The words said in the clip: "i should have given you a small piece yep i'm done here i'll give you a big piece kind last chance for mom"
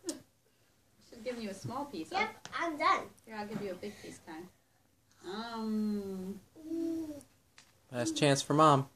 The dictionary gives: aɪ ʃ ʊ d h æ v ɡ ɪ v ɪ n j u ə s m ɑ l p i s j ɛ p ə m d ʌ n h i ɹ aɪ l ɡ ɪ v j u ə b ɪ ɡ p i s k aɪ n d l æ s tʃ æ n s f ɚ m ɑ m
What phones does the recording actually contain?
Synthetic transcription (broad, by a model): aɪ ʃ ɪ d ɡ ɪ v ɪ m j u ə s m ɑ l p i s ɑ ə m d ʌ n h i ɹ aɪ l ɡ ɪ v j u ə b ɪ ɡ p i s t aɪ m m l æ s tʃ æ n s f ɚ m ɑ m